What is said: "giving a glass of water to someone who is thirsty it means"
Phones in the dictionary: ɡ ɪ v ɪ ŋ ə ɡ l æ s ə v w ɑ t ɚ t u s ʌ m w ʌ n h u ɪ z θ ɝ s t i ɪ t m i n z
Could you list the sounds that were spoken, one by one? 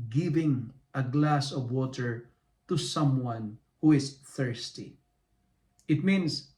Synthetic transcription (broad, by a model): ɡ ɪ v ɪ ŋ ə ɡ l æ s ə v w ɑ t ɚ t u s ʌ m w ʌ n h u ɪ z θ ɝ s t i ɪ t m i n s